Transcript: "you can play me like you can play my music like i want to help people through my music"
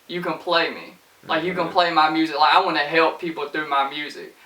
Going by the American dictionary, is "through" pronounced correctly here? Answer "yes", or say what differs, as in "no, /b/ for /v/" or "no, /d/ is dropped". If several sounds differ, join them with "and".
yes